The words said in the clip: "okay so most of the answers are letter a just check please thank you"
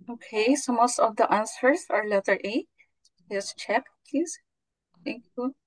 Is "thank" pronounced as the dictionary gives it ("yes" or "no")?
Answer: no